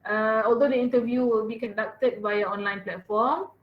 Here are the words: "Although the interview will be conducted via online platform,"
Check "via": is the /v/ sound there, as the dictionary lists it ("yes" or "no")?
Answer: no